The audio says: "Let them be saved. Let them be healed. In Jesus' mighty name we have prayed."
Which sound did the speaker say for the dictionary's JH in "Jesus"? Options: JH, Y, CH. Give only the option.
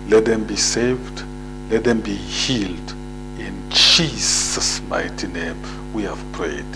CH